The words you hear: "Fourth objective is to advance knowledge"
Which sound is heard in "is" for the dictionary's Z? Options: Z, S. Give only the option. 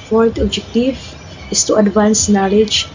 S